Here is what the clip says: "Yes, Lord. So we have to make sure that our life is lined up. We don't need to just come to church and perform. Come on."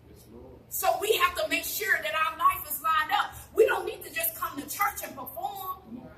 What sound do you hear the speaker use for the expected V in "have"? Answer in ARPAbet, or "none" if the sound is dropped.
F